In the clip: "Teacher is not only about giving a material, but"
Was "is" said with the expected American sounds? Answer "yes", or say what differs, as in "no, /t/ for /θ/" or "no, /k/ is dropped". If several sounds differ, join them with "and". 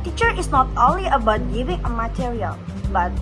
no, /s/ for /z/